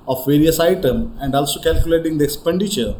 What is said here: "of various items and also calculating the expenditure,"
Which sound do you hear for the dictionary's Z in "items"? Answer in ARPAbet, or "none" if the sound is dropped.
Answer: none